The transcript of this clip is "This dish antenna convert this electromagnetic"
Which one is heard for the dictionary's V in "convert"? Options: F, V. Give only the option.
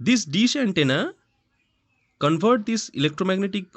F